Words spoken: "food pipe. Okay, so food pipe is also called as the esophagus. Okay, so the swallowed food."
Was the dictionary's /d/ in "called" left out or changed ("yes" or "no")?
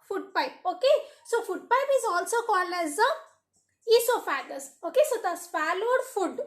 yes